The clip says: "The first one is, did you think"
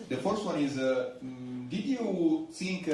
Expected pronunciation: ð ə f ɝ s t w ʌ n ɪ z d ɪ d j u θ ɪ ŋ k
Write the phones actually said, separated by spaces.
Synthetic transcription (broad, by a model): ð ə f ɝ s t w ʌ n ɪ z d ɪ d j u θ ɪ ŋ k